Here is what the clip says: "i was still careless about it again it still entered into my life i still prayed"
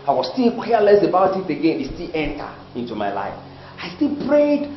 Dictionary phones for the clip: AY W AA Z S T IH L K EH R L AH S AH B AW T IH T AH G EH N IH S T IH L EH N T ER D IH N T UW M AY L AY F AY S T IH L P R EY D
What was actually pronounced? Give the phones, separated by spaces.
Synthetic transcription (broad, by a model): AY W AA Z S T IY L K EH L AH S AH B AW T IH T AH G EH N IH S T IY L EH N T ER IH N T UW M AY L AY F AY S T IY L P R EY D